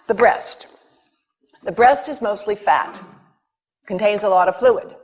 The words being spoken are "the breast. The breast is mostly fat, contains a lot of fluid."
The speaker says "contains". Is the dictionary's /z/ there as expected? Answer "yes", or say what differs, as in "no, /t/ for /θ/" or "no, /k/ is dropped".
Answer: yes